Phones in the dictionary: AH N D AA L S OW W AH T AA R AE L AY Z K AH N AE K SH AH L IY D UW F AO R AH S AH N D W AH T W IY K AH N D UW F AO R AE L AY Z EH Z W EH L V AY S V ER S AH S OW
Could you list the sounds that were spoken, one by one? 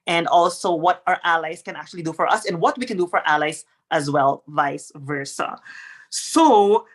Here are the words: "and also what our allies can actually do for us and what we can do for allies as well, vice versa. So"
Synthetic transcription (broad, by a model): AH N D AA L S OW W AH T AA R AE L AY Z K AH N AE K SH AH L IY D UW F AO R AH S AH N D W AH T W IY K AH N D UW F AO R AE L AY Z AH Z W EH L V AY S V ER S AH S OW